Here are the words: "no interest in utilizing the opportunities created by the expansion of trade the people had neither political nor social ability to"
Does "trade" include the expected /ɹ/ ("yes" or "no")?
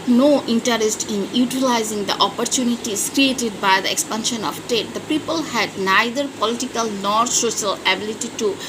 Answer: no